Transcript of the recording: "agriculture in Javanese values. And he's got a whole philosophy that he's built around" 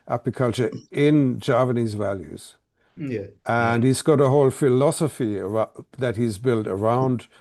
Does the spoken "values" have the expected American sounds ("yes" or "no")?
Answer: yes